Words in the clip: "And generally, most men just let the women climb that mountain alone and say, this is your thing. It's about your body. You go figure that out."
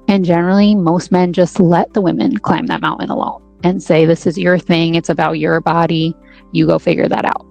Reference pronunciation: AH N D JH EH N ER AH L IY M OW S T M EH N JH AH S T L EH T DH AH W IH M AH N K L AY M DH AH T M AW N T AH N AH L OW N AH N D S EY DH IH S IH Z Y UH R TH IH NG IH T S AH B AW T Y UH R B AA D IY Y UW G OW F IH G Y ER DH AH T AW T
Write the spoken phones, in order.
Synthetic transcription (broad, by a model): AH N JH EH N ER L IY M OW S T M EH N JH AH S T L EH T DH AH W IH M AH N K L AY M DH AH T M AW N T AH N AH L OW N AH N S EY DH IH S IH Z Y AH R TH IH NG IH T S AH B AW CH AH R B AA D IY Y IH G OW F IH G Y ER DH AH T AW T